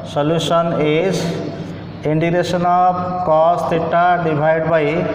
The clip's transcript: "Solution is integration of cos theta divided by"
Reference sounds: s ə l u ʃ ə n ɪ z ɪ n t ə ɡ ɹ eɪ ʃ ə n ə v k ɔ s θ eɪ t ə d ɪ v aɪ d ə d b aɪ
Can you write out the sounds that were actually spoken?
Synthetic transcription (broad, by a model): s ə l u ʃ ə n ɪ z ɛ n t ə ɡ ɹ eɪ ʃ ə n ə b k ɔ s t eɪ t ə d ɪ b aɪ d d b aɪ